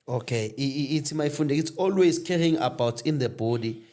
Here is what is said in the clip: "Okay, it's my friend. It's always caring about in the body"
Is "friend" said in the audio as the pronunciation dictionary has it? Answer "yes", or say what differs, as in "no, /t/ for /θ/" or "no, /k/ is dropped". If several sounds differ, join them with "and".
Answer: no, /ɹ/ is dropped